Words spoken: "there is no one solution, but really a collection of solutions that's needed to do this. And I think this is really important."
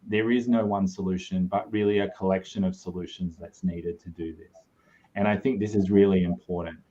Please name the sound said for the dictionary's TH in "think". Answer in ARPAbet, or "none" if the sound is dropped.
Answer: TH